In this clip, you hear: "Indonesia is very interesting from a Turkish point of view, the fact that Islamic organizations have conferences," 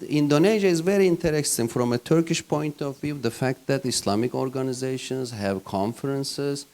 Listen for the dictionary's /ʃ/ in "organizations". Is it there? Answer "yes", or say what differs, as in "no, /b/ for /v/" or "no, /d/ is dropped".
yes